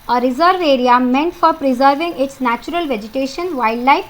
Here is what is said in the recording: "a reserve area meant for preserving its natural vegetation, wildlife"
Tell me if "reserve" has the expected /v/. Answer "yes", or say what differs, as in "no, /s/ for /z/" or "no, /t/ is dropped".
yes